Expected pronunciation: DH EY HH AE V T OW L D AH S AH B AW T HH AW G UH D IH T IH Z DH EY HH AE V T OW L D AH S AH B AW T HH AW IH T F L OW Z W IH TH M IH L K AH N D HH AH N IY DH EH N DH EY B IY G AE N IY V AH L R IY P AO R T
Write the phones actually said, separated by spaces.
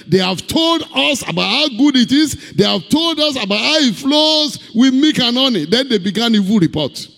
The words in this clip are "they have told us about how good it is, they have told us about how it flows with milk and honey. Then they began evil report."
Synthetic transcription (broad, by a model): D EY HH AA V T OW L D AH S AH B AW T HH AW G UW D IH T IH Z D EY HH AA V T OW L D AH S AH B AW T HH AW IH T F L OW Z W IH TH M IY K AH N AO N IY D EH N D EY B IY G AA N IY V AH L R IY P AO T